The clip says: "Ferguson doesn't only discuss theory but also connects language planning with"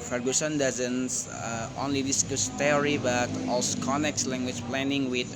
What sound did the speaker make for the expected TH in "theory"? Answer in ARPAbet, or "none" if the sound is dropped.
T